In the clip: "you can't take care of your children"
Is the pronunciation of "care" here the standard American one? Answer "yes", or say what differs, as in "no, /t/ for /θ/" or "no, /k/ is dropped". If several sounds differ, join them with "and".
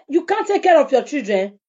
yes